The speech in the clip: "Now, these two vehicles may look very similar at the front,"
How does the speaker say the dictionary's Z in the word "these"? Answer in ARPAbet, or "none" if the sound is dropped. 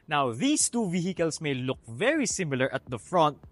S